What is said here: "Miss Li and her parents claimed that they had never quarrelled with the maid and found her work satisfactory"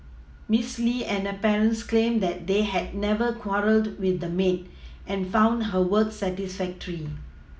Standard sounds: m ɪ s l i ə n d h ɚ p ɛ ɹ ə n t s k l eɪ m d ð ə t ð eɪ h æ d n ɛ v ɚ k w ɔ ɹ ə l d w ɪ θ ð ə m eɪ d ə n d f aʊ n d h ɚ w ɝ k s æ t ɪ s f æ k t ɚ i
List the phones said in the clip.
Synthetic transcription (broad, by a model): m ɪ s l i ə n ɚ p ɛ ɹ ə n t s k l eɪ m d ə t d eɪ h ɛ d n ɛ v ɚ k w ɔ ɹ ə l d w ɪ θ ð ə m eɪ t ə n f aʊ n d h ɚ w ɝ k s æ t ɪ s f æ k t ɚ i